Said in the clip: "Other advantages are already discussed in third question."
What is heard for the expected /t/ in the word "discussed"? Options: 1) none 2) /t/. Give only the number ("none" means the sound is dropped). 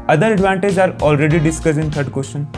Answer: 1